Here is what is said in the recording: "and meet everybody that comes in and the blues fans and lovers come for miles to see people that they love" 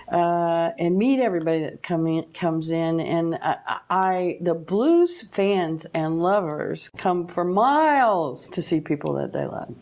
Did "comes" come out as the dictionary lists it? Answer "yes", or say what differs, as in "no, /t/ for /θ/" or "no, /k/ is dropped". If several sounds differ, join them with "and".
yes